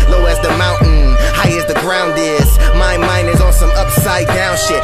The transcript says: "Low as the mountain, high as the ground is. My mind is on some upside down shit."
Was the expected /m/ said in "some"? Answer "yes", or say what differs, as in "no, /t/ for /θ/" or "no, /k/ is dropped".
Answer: no, /m/ is dropped